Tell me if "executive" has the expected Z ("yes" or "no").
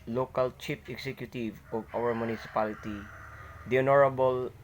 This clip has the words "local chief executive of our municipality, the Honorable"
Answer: no